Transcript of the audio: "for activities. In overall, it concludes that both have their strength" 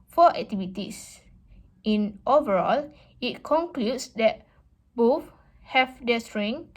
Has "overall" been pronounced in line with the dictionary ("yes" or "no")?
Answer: yes